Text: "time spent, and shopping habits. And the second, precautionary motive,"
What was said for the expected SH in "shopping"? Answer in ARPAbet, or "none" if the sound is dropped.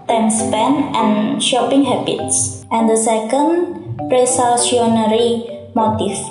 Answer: SH